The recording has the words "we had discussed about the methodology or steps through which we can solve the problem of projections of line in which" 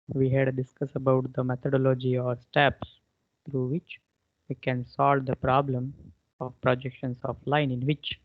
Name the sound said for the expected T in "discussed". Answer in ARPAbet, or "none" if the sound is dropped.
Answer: none